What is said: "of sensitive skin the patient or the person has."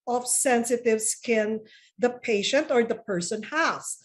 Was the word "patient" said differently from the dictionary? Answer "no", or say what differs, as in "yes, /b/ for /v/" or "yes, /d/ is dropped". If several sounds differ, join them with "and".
no